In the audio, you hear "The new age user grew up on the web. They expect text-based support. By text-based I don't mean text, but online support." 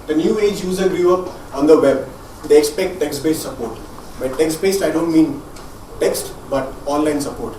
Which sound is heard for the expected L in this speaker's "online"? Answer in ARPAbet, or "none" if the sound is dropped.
L